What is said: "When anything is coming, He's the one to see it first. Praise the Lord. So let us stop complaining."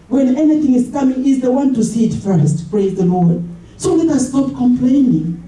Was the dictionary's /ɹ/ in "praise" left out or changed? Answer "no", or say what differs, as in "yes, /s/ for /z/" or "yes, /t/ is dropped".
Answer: no